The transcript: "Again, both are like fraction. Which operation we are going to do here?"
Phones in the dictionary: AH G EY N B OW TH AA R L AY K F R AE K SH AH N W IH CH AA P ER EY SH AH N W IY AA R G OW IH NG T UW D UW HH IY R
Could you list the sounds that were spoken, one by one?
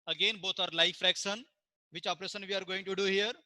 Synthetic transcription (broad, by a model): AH G EY N B OW T AA R L AY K F R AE K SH AH N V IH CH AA P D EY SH AH N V IY AA R G OW IH NG T UW D UW HH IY R